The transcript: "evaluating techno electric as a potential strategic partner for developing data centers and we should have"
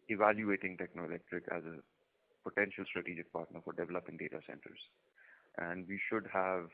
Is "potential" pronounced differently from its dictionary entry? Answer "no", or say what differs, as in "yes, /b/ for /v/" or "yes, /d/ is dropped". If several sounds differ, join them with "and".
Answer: no